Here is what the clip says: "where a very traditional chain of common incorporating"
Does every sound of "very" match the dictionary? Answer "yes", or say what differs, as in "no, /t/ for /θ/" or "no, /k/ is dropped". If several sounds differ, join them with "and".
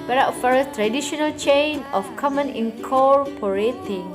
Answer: no, /f/ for /v/